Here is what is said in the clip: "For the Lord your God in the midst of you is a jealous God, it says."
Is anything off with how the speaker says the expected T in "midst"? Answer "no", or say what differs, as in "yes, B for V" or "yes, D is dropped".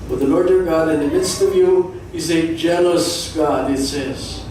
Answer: no